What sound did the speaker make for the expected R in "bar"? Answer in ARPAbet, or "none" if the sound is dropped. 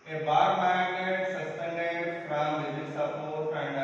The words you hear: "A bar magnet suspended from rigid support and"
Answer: R